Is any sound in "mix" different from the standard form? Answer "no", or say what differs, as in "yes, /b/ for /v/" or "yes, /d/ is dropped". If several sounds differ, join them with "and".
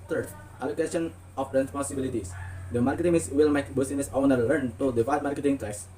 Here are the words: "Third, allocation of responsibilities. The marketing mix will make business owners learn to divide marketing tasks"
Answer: yes, /k/ is dropped